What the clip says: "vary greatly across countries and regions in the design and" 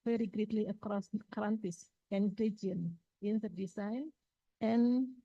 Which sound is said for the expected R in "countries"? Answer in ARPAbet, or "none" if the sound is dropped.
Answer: none